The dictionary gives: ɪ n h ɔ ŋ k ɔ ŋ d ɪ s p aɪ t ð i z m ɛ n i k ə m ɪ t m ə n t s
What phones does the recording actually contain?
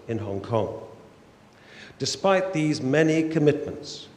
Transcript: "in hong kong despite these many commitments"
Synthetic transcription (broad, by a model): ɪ n h ɔ ŋ k ɔ ŋ d ɪ s p aɪ t ð i z m ɛ n i k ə m ɪ t m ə n t s